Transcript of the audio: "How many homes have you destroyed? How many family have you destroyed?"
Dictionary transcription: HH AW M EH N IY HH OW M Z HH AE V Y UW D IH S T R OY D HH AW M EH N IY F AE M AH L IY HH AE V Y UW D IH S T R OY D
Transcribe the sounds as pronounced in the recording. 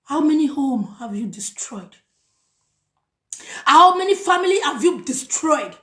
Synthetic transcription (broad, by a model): HH AW M EH N IY HH OW M HH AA V Y UW D IH S T R OY D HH AW M EH N IY F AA M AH L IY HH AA V Y UW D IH S T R OY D